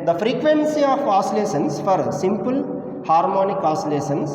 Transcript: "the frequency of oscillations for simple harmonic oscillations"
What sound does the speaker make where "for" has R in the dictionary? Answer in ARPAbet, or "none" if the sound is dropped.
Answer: R